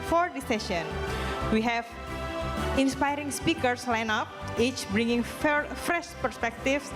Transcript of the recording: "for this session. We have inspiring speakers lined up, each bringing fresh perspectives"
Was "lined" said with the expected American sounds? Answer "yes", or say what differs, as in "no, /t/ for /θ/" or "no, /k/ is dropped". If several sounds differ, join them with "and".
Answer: no, /d/ is dropped